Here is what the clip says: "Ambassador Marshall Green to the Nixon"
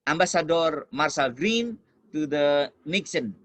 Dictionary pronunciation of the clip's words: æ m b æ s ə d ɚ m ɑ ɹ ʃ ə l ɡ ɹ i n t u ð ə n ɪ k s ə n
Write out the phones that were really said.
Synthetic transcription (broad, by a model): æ m b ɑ s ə d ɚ m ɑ ɹ s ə l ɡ ɹ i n t u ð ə n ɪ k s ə n